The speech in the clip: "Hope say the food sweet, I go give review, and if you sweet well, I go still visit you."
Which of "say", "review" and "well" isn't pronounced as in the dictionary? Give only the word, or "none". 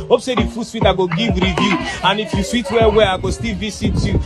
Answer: well